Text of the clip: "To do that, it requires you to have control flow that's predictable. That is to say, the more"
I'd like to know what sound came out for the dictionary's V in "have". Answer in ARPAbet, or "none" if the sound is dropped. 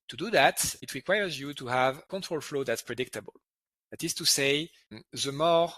V